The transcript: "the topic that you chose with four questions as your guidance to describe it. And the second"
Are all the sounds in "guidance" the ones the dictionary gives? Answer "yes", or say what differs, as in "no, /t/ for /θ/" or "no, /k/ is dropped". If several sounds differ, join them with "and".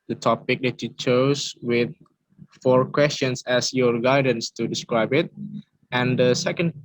yes